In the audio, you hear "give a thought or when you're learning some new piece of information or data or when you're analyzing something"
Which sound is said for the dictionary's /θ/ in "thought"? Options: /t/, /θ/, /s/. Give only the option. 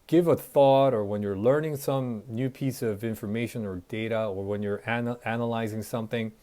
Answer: /θ/